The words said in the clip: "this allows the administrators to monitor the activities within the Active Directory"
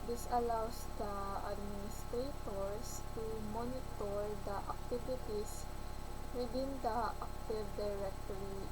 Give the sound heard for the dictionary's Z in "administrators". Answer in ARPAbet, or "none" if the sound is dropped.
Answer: S